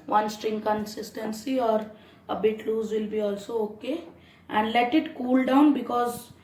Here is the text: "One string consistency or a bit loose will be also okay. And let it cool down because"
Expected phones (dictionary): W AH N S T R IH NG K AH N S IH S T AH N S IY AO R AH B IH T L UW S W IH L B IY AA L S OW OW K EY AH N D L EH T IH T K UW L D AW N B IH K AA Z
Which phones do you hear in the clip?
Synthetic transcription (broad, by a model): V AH N S T R IH NG K AH N S IH S T AH N S IY AO R AH B IH T L UW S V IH L B IY AA L S OW OW K EY AH N D L EH T IH T K UW L D AW N B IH K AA Z